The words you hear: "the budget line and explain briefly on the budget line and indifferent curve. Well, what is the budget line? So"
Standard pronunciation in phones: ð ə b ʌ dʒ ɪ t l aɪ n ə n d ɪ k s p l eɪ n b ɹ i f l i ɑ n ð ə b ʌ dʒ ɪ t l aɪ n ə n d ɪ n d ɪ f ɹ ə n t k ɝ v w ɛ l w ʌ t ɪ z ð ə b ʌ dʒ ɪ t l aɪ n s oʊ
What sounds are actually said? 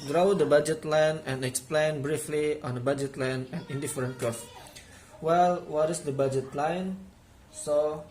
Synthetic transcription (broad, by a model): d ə b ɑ dʒ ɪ t l aɪ n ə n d ɪ k s p l eɪ n b ɹ i f l i ɑ n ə b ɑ dʒ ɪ t l aɪ n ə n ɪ n d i f ɹ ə n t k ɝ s w ɛ l w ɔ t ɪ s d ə b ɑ dʒ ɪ t l aɪ n s oʊ